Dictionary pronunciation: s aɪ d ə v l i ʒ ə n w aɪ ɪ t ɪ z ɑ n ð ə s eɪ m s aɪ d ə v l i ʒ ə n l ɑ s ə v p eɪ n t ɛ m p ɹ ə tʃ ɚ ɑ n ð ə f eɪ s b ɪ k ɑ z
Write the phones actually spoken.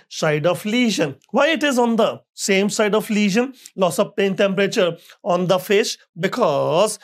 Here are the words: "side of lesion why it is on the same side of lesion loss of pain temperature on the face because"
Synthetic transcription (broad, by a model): s aɪ d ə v l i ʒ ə n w aɪ ɪ t ɪ z ɑ n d ə s eɪ m s aɪ d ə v l i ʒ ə n l ɑ s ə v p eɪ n t ɛ m p ɹ ə tʃ ɚ ɑ n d ə f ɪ ʃ b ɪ k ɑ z